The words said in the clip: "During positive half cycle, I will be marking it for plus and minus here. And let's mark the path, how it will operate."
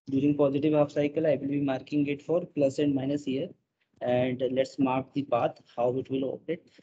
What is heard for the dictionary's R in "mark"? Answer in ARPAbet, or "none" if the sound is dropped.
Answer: R